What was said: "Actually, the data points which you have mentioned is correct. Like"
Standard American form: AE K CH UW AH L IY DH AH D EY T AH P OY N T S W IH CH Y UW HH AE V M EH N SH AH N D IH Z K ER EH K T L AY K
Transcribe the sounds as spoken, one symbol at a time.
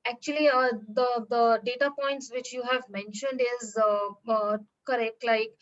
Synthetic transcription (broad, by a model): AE K CH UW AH L IY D AH D EY T AH P OY N T S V IH CH Y UW HH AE V M EH N SH AH N D IH Z K ER EH K T L AY K